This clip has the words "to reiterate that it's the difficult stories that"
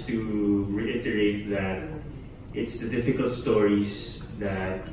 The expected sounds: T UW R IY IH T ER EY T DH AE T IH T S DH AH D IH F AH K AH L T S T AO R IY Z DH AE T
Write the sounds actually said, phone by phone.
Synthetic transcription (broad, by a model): T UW R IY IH T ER EY T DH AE T IH T S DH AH D IH F AH K AH L T S T AO R IY S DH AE T